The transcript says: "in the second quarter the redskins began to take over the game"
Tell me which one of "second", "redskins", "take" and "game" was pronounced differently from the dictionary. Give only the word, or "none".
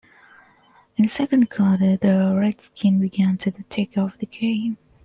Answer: redskins